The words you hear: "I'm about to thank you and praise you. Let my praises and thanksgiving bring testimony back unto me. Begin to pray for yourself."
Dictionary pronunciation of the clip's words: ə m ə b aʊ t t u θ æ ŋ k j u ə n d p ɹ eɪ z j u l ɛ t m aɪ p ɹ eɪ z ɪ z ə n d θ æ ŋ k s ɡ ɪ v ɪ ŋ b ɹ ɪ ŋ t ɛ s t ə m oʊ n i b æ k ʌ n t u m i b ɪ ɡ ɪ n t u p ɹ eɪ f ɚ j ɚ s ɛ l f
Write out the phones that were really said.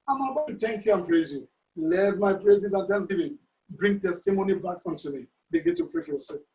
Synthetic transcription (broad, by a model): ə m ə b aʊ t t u t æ ŋ k j u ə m p ɹ eɪ z j u l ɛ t m aɪ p ɹ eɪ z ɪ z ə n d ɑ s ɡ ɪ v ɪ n b ɹ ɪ ŋ t ɛ s t ə m oʊ n i b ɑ k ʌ n t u m i b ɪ ɡ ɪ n t u p ɹ eɪ f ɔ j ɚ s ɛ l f